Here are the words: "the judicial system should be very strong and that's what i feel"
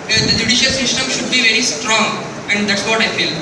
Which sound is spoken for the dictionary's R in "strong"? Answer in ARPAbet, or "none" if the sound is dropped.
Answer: R